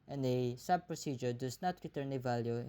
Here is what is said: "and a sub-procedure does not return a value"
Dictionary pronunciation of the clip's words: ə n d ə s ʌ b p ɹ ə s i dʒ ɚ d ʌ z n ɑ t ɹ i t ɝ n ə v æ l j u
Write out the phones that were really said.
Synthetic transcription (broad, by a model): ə n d ə s ʌ b p ɹ ə s i dʒ ɚ d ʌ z n ɑ t ɹ i t ɝ n ə v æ l j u